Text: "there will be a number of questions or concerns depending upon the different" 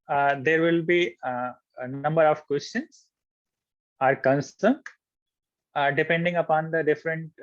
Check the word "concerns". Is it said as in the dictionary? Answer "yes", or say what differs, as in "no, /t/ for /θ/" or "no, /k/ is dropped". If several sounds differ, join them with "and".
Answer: no, /z/ is dropped